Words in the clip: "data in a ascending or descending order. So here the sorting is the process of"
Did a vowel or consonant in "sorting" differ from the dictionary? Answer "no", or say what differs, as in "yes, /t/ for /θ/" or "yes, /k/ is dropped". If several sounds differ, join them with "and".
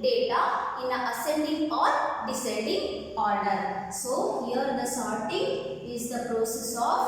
no